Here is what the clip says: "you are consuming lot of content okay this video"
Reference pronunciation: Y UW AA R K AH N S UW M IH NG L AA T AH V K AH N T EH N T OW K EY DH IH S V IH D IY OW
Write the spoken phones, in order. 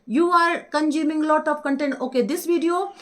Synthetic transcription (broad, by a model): Y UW AA R K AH N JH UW M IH NG L AA T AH P K AH N T EH N T OW K EY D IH S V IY D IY OW